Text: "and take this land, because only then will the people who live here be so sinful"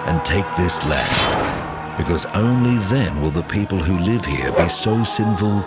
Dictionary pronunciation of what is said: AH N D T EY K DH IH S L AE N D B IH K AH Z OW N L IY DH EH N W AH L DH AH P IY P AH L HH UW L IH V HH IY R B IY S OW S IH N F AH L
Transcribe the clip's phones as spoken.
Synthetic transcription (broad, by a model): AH N T EY K DH IH S L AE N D B IH K AH Z OW N L IY DH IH N W AH L DH AH P IY P AH L HH UW L IH V HH IY R B IY S OW S IH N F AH L